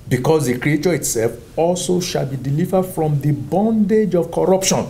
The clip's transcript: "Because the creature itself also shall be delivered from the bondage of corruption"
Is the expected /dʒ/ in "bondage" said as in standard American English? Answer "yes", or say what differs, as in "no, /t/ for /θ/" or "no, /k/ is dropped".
yes